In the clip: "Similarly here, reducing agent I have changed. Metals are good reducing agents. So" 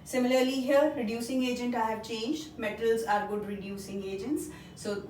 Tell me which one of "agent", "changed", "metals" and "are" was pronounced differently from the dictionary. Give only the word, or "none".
none